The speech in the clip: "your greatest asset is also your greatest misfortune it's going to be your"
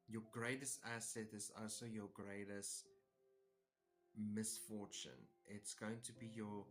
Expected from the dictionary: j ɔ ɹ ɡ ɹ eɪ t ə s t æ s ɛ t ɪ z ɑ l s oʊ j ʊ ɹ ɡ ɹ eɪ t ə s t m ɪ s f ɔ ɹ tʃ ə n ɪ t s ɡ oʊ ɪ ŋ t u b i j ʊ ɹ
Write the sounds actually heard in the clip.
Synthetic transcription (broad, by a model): j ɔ ɡ ɹ eɪ t ə s t æ s ɛ t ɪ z ɑ l s oʊ j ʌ ɡ ɹ eɪ t ə s t m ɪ s f ɔ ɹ tʃ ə n ɪ t s ɡ oʊ ɪ ŋ t u b i j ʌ